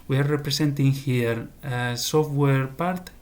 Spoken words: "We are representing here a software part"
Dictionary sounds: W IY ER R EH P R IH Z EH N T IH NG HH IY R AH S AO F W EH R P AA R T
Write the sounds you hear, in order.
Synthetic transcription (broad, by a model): W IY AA R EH P R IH S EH N T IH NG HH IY R AH S AO F W EH R P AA R T